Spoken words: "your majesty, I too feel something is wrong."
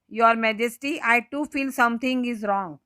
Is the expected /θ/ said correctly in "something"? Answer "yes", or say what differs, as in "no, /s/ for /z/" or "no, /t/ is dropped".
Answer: no, /t/ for /θ/